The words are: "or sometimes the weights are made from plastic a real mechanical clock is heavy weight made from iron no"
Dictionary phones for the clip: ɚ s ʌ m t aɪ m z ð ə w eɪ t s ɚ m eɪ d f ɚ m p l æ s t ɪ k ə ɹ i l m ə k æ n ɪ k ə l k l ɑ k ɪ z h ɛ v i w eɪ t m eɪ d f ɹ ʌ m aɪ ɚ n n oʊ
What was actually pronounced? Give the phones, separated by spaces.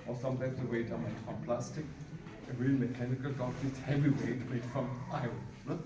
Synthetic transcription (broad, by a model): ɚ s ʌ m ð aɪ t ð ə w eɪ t ɚ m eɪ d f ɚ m p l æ s t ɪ k ə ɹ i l m ə k æ n ɪ k ə l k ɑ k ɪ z h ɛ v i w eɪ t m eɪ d f ɹ ʌ m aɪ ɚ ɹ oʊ